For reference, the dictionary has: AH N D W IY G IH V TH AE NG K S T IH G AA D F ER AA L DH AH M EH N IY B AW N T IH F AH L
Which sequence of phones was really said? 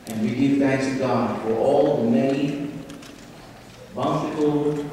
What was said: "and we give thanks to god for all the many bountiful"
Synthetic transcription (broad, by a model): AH N W IY G IH V TH AE NG K S T IH G AA D F ER AA L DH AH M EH IY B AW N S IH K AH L